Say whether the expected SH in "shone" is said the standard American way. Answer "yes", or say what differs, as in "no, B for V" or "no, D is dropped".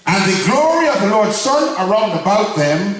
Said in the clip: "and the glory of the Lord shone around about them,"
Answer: no, S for SH